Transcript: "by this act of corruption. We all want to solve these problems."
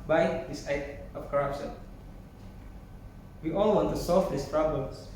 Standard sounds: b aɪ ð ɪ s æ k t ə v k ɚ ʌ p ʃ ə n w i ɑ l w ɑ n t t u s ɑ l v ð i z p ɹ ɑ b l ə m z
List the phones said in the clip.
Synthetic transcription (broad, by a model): b aɪ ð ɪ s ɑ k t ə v k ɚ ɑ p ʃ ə n w i ɑ l w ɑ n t t u s ɑ l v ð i s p ɹ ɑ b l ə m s